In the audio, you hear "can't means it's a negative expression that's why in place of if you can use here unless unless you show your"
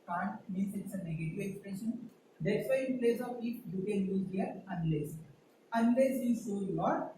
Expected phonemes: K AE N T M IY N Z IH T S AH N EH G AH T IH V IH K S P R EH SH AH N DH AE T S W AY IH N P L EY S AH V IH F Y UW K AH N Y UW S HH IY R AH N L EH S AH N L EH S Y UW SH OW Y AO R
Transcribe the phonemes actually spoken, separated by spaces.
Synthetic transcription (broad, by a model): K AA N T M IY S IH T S AH N EH G AH T IH V IH K S P R EH SH AH N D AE T S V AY IH N P L EY S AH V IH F Y UW K AH N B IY HH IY R AH N L EH S AH N L EH S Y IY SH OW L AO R